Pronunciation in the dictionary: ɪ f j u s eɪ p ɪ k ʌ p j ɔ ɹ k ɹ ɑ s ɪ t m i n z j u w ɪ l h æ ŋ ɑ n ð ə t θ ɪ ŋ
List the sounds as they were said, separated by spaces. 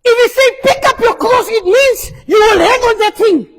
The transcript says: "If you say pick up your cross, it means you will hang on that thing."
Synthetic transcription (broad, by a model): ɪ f j u s eɪ p ɪ k ʌ p j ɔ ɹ k l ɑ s ɪ t m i n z j u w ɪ l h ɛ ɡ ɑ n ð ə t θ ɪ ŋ